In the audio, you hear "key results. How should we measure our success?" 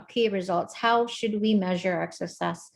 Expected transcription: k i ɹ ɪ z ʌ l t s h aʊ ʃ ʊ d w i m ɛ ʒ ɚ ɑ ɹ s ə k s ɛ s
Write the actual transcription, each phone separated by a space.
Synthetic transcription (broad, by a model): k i ɹ ɪ z ʌ l t s h aʊ ʃ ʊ d w i m ɛ ʒ ɚ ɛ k s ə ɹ s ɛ s